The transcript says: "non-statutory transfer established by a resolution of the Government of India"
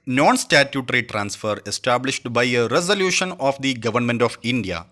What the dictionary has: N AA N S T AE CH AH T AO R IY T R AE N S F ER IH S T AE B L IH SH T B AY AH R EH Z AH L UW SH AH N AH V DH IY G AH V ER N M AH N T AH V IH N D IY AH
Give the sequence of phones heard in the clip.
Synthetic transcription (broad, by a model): N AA N S T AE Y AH T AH R IY T R AE N S F ER IH S T AE B L IH SH T B AY AH R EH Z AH L UW SH AH N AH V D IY G AH V ER N M AH N T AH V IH N D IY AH